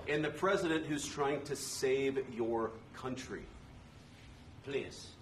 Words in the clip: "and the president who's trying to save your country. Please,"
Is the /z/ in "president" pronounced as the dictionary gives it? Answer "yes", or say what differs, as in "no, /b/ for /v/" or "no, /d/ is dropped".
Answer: yes